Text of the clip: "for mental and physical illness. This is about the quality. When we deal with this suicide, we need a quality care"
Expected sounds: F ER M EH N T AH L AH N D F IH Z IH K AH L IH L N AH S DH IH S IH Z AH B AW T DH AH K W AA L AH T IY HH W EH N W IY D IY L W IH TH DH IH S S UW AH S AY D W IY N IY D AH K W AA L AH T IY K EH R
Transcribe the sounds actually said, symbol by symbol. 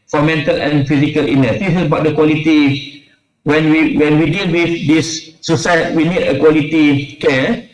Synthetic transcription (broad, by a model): F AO M EH N T AH L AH N F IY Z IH K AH L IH N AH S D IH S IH S AH B AW T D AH K W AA L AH T IY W W EH N W IY D IY L W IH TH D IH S S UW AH S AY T W IY N IY D AH K W AA L AH T IY K EH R